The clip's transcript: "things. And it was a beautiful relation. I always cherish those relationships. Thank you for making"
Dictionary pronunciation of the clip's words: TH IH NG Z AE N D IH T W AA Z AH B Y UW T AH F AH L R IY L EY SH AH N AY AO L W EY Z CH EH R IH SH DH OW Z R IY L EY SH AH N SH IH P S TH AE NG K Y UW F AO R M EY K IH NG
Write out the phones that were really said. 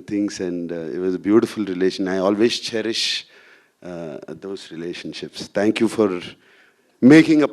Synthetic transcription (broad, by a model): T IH NG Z AE N D IH T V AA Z AH B Y UW T AH F AH L R IY L EY SH AH N AY AO L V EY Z CH EH R IH SH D OW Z R IY L EY SH AH N SH IH P S T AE NG K Y UW F AO R M EY K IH NG